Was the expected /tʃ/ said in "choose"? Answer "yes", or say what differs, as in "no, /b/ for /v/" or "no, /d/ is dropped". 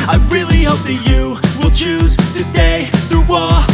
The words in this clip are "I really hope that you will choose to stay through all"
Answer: yes